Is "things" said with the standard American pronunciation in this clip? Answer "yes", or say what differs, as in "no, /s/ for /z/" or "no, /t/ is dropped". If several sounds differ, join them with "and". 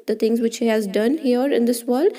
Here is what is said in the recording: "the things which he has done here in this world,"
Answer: no, /t/ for /θ/